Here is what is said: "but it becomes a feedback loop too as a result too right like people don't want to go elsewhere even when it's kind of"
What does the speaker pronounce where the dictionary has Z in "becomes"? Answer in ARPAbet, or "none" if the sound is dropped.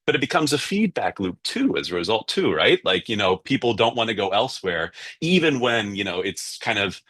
Z